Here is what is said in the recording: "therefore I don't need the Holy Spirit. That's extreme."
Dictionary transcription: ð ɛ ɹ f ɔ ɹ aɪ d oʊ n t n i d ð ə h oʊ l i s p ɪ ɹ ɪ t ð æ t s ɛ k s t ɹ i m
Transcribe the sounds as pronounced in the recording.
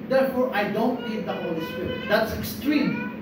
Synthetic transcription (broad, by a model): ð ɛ ɹ f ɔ ɹ aɪ d oʊ n t l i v ð ə h oʊ l i s p ɪ ɹ ɪ t ð æ t s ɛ k s t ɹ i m